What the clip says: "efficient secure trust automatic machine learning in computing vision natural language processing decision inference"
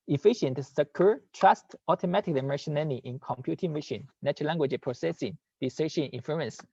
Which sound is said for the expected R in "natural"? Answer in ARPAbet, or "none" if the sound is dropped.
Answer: none